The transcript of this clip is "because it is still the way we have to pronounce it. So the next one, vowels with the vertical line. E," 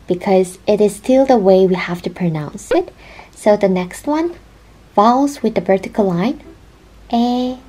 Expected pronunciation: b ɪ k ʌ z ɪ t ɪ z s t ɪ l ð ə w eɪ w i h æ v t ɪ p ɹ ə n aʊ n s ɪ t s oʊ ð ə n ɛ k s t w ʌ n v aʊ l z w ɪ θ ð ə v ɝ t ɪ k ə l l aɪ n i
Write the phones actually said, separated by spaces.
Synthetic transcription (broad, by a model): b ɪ k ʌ z ɪ t ɪ z s t ɪ l ð ə w eɪ w i h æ f t ɪ p ɹ ə n aʊ n s ɪ t s oʊ ð ə n ɛ k s t w ʌ n f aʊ l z w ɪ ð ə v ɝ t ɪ k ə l l aɪ n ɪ